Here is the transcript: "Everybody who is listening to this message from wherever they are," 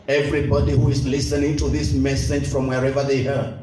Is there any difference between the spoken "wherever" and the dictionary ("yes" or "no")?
no